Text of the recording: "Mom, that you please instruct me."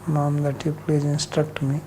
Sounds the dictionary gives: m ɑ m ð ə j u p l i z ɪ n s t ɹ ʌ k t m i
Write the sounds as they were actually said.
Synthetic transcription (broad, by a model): m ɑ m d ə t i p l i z ɪ n s t ɹ ʌ k t m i